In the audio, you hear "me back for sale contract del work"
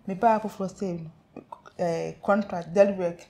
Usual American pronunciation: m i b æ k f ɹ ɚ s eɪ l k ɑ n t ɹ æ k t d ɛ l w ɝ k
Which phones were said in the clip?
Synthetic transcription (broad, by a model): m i b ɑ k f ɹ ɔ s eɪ n k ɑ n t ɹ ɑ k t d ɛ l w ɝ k